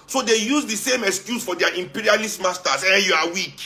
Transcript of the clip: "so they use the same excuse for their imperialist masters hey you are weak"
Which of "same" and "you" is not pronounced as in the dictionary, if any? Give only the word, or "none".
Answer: none